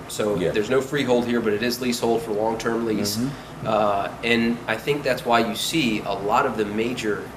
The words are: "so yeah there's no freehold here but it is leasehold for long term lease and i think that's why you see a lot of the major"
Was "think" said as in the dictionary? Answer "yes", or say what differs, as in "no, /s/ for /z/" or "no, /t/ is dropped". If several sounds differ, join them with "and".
yes